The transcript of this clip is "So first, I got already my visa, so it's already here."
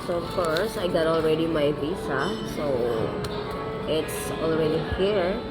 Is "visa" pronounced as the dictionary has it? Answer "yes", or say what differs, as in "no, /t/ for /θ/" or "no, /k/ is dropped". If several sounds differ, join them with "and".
no, /s/ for /z/